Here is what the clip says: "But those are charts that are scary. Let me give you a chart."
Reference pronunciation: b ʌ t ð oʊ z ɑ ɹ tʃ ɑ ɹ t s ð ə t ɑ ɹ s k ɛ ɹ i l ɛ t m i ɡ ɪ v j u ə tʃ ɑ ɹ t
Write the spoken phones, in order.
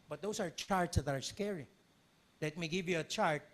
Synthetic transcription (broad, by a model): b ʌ t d oʊ s ɑ ɹ tʃ ɑ ɹ t s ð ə t ɑ ɹ s k ɛ ɹ i l ɛ t m i ɡ ɪ v j u ə tʃ ɑ ɹ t